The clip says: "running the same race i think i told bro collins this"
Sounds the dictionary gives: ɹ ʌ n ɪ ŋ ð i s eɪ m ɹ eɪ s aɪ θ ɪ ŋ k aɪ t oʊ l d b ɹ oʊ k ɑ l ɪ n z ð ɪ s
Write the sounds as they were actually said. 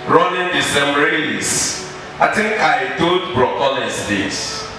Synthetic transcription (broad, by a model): ɹ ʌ n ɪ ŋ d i s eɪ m ɹ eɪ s aɪ t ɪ ŋ k aɪ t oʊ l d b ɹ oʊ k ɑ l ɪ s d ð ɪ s